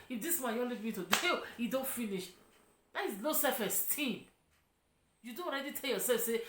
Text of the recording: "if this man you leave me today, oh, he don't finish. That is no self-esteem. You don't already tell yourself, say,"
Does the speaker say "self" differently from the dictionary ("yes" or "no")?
yes